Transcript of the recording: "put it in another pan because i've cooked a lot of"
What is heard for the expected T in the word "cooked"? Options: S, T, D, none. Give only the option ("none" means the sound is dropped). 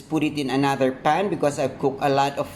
none